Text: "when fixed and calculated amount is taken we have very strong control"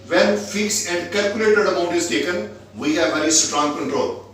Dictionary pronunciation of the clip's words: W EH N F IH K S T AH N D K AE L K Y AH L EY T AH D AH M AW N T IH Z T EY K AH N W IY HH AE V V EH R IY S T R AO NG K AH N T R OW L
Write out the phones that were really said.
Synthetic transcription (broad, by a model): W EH N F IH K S AH N D K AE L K Y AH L EY T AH D AH M AW N T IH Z T EY K AH N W IY HH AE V V EH R IY S T R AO NG K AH N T R OW L